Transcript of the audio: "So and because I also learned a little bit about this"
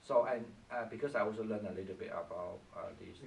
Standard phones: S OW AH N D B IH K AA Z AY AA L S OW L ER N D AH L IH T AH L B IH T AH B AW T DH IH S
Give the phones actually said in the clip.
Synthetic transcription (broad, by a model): S OW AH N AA B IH K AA S AY AA L S OW L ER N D AH L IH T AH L B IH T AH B AW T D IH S